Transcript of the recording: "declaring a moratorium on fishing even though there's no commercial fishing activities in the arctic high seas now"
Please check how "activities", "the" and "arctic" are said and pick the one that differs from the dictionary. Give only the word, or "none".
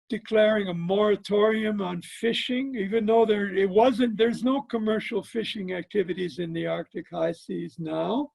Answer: none